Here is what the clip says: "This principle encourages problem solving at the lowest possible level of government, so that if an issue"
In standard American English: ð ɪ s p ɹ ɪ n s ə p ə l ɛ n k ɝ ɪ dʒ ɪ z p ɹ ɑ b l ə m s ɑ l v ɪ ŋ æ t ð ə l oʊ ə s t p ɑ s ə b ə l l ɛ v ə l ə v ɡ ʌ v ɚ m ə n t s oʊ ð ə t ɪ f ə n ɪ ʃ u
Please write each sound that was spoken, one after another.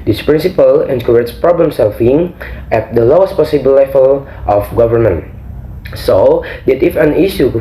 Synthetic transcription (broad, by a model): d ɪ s p ɹ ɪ n s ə p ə l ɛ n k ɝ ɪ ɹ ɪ s p ɹ ɑ b l ə m s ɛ l f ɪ ŋ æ t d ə l oʊ ə s t p ɑ s ə b ə l l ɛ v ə l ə f ɡ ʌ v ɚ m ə n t s oʊ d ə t ɪ f ə n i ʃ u